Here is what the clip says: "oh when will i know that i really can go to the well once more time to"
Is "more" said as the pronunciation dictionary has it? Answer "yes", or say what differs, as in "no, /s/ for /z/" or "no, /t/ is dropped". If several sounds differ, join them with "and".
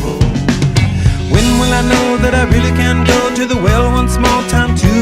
no, /l/ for /ɹ/